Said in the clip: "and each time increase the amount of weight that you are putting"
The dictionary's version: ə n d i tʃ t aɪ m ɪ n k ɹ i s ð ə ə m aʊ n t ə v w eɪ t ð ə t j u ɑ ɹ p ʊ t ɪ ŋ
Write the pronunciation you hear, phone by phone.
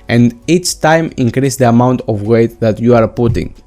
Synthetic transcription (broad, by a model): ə n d i tʃ t aɪ m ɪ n k ɹ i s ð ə ə m aʊ n t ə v w eɪ t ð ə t j u ɑ ɹ p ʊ t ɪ ŋ